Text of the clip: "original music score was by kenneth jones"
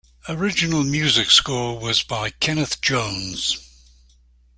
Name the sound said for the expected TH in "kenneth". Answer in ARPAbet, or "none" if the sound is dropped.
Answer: TH